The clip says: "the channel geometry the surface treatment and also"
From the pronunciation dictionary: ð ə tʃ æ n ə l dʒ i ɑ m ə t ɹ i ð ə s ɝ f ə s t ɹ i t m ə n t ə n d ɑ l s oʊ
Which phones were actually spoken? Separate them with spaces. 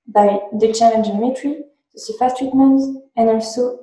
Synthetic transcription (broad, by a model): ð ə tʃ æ l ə n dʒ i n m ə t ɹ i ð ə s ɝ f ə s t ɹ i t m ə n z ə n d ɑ l s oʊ